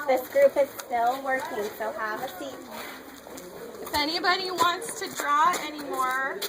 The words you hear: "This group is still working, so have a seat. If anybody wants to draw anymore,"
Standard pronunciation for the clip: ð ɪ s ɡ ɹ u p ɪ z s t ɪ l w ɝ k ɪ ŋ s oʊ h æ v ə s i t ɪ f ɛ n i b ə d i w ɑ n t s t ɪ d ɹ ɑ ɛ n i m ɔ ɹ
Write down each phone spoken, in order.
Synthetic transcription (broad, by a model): ð ɪ s ɡ ɹ u p ɪ z s t ɪ l w ɝ k ɪ ŋ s oʊ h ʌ v ə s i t ɪ f ɛ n i b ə d i w ɑ n t s t ɪ d ɹ ɑ ɛ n i m ɔ ɹ